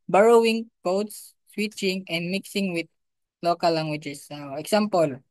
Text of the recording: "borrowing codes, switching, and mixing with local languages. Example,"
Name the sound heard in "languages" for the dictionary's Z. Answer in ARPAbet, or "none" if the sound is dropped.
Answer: S